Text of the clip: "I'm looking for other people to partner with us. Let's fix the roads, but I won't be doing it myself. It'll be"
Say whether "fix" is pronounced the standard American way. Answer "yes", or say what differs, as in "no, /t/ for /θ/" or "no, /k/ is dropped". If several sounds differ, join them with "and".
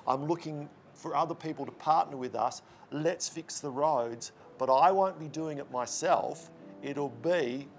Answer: yes